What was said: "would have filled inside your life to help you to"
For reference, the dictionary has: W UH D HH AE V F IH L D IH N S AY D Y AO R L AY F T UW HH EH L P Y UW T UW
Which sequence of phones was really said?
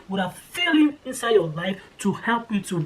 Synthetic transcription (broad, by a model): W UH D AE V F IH L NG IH N S AY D Y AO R L AY F T UW HH EH L P Y UW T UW